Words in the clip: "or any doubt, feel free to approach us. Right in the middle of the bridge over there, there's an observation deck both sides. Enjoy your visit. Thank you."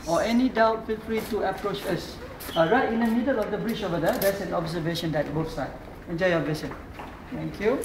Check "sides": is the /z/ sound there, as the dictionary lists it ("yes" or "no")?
no